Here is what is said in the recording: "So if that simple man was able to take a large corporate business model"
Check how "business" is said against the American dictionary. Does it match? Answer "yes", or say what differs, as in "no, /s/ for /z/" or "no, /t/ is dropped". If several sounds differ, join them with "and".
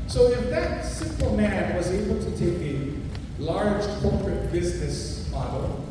yes